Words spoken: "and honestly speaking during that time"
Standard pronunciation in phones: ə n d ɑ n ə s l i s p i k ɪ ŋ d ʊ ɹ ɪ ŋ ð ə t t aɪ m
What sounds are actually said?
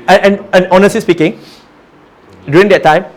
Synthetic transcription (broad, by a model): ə n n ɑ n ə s i s p i k ɪ ŋ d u ɹ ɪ ŋ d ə t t aɪ m